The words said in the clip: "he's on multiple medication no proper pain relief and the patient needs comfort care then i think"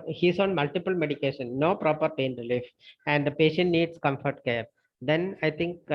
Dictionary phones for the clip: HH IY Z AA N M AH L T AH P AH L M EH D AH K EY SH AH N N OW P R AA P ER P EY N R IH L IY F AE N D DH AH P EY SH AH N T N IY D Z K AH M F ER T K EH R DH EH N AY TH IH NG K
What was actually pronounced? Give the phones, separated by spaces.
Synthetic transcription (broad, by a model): HH IY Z AA N M AH L T AH P AH L M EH D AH K EY SH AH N N OW P R AA P ER P EY N R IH L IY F AE N D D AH P EY SH AH N T N IY D S K AH M F ER T K EH R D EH N AY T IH NG K